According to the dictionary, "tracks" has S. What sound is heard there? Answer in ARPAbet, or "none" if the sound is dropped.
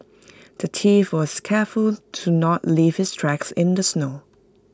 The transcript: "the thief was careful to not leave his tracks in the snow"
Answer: S